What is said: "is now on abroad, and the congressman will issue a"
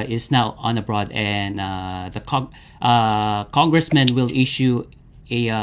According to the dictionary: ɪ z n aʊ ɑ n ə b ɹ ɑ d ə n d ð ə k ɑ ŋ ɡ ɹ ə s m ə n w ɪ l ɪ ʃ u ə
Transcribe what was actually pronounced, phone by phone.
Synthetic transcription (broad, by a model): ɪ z n aʊ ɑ n ə b ɹ ɑ d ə n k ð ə k ɑ ŋ ɡ ɹ ə s m ə n w ɪ l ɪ ʃ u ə